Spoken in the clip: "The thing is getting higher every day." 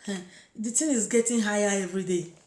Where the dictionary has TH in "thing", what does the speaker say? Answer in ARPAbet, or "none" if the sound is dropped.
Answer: T